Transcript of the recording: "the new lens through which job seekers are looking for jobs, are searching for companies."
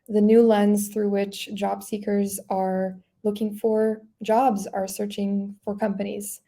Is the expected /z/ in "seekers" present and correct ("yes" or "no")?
yes